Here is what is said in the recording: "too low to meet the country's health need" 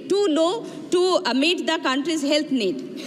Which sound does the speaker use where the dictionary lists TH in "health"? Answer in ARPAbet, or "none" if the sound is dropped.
T